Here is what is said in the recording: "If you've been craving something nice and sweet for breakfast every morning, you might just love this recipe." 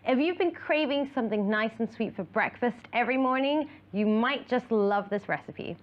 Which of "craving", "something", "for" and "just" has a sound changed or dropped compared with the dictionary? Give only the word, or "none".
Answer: none